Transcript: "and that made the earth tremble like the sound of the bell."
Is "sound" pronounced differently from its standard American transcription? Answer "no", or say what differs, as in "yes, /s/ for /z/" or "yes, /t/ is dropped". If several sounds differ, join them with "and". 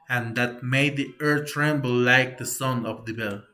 yes, /d/ is dropped